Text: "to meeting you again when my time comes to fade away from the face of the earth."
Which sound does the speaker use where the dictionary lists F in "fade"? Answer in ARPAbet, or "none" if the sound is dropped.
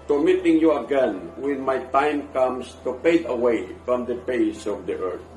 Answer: P